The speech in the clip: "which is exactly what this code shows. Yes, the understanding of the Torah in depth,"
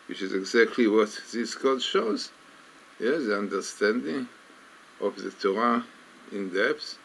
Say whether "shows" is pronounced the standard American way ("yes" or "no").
yes